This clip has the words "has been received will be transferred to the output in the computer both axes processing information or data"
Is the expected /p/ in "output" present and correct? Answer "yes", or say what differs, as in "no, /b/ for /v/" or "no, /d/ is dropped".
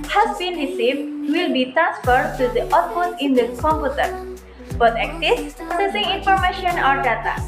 no, /f/ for /p/